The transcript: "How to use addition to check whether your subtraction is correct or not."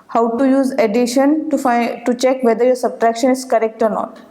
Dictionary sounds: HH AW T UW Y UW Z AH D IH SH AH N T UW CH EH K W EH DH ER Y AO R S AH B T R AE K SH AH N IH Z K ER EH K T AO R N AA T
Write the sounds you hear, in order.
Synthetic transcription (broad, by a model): HH AW T UW Y UW Z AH D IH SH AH N T UW CH EH K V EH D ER Y AO R S AH B T R AE K SH AH N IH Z K ER EH K T AO R N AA T